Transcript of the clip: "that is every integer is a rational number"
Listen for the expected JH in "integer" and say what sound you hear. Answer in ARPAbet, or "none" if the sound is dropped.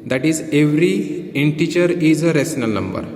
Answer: CH